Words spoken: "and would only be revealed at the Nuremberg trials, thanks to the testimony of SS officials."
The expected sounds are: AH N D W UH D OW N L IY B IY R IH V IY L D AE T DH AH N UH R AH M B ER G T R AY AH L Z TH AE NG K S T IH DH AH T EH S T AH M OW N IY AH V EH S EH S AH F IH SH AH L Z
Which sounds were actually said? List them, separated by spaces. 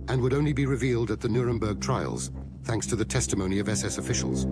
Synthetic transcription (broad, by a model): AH N W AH D OW N L IY B IY R IH V IY L D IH T DH AH N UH R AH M B ER G T R AY AH L Z TH AE NG K S T IH DH AH T EH S T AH M OW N IY AH V EH S EH S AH F IH SH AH L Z